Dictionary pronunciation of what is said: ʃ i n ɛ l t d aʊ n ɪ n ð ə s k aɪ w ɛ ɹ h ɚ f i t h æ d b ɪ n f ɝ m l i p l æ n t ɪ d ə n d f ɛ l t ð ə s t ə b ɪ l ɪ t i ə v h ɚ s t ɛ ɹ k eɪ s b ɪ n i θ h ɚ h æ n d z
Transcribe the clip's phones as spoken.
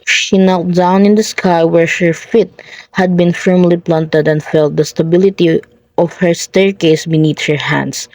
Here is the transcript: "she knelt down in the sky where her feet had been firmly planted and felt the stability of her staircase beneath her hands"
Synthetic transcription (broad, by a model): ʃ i n ɛ l t d aʊ n ɪ n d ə s k aɪ w ɛ ɹ h ɚ f i t h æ d b ɪ n f ɝ m l i p l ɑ n t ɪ d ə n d f ɛ l t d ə s t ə b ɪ l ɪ t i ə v h ɚ s t ɛ ɹ k eɪ s b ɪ n i t h ɚ h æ n d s